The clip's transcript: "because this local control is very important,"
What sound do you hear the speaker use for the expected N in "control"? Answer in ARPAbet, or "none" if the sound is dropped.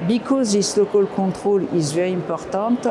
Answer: none